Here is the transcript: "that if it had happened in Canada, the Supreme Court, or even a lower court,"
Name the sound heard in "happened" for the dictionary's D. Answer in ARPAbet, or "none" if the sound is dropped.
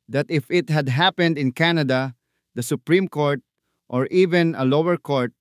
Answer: D